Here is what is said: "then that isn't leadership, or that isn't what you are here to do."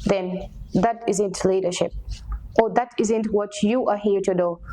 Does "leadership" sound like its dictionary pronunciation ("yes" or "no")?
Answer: yes